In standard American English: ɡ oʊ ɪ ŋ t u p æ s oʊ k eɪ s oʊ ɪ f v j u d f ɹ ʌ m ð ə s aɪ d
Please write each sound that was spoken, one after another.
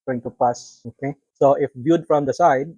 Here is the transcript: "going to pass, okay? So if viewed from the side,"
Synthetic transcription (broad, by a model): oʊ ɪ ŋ t u p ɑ s oʊ k eɪ s oʊ ɪ f b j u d f ɹ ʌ m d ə s aɪ d